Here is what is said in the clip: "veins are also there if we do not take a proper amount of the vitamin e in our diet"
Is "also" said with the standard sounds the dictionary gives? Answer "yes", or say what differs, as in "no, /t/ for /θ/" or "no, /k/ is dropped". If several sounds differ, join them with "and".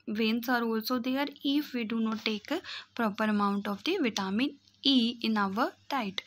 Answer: yes